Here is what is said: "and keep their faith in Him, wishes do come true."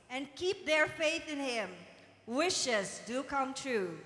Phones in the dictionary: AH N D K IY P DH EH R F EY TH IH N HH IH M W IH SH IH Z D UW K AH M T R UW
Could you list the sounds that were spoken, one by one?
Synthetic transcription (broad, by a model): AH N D K IY P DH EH R F EY TH IH N HH IH M W IH SH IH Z D UW K AH M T R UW